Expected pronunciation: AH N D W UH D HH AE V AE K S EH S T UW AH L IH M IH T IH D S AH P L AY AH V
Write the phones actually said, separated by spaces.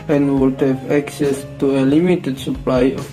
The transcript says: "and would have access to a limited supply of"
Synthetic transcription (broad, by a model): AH N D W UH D HH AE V AE K S EH S T UW AH L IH M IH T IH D S AH P L AY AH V